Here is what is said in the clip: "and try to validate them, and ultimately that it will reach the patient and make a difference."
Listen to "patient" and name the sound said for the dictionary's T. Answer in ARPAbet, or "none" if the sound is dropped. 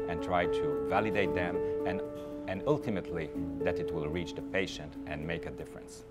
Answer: T